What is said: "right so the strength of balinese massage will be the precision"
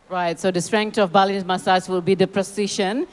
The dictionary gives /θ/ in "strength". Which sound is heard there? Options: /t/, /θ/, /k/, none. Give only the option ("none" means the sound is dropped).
/t/